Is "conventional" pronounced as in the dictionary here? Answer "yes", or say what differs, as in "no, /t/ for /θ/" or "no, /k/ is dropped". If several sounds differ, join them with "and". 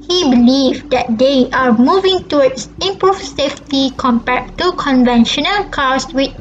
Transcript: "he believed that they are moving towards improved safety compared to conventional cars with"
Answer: yes